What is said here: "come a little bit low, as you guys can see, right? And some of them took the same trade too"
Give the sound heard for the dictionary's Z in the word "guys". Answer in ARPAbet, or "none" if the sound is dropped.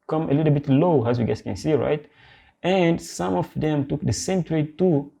S